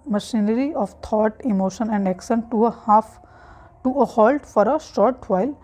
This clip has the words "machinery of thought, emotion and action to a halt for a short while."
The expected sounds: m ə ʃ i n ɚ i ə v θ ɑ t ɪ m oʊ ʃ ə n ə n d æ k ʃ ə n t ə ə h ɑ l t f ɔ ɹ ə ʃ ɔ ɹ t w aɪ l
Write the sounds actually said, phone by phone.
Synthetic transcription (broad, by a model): m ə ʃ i n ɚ i ə v t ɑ t ɪ m oʊ ʃ ə n ə n d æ k s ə n t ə ə h ɑ l t f ɔ ɹ ə ʃ ɔ ɹ t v aɪ l